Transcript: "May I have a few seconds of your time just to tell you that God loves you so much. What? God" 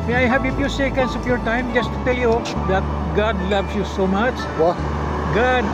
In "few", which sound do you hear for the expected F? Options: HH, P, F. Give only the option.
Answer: P